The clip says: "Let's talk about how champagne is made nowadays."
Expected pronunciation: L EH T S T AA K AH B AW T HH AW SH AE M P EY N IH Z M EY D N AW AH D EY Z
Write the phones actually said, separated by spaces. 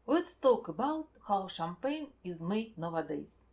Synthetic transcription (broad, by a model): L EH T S T AA K AH B AW T HH AW SH AE M P EY N IH Z M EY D N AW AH D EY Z